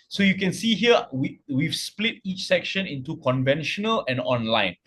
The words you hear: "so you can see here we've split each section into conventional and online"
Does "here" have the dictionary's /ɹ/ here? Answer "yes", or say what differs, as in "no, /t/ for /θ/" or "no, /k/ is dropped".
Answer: no, /w/ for /ɹ/